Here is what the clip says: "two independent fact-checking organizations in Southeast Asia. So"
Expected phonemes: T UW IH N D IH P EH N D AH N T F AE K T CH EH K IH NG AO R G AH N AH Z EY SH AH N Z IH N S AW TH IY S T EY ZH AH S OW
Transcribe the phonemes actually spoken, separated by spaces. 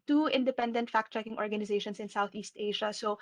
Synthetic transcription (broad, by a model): T UW IH N D IH P EH N D AH N T F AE K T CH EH K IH NG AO R G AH N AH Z EY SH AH N S IH N S AW TH IY S T EY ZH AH S OW